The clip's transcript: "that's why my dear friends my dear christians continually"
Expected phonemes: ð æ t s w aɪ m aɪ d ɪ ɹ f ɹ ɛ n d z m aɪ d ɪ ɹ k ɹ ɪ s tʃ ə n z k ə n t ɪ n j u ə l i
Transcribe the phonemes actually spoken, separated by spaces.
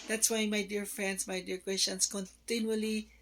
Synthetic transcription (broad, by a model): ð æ t s w aɪ m aɪ d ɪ ɹ f ɹ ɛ n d s m aɪ d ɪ ɹ k w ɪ s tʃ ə n s k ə n t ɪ n j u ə l i